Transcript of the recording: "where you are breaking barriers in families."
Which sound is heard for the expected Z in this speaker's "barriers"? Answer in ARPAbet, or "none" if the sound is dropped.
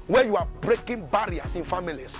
S